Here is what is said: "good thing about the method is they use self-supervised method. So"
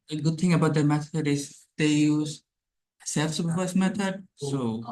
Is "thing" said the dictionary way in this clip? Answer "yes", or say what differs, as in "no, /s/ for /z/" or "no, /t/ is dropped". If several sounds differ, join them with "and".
no, /t/ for /θ/